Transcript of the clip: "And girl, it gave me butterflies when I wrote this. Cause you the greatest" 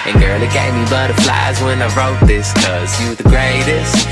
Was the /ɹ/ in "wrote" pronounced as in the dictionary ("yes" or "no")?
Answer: yes